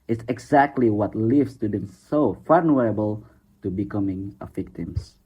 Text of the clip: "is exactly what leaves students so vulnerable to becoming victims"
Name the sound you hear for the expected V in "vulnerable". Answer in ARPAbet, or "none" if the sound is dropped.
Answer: F